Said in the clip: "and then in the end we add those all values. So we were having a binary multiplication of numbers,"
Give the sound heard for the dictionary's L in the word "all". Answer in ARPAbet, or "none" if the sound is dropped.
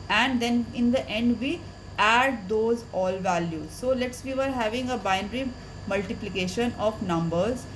L